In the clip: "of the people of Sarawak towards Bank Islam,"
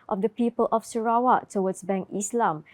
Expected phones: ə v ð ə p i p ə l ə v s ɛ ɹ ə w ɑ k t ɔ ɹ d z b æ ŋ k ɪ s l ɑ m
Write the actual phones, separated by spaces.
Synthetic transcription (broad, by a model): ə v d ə p i p ə l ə f s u ɹ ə w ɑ t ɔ w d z b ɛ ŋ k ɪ s l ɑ m